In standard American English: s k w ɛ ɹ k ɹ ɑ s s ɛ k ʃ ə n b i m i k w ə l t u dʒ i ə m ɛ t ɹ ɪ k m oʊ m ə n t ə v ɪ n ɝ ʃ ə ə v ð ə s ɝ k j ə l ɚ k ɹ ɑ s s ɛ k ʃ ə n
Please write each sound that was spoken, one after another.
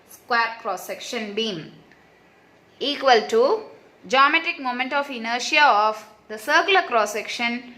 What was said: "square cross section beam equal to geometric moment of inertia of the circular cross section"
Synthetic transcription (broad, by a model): s k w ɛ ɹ k ɹ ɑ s s ɛ k ʃ ə n b i m i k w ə l t u dʒ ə m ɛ t ɪ k m oʊ m ə n t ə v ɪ n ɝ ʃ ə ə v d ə s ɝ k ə l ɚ k ɹ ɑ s s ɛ k ʃ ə n